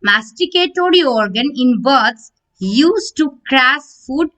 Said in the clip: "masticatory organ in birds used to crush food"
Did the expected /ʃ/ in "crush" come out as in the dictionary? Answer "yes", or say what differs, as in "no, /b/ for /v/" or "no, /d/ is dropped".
no, /s/ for /ʃ/